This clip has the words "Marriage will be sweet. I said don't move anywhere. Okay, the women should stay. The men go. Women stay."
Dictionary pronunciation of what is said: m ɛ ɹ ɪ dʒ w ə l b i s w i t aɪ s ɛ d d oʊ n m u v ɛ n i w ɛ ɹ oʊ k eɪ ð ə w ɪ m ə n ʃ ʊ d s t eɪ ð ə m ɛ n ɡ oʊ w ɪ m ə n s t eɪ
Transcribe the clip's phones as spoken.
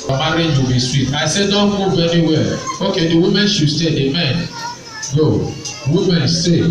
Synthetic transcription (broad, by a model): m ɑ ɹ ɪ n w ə b i s w i t aɪ s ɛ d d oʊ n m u v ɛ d i w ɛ l oʊ k eɪ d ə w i m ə n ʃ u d s t eɪ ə m ɛ n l oʊ w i m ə n s t eɪ